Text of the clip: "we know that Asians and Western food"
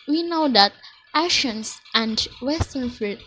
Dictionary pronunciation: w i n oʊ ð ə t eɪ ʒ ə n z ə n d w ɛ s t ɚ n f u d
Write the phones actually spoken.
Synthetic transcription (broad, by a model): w i n oʊ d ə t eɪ ʃ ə n s ə n d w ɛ s t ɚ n f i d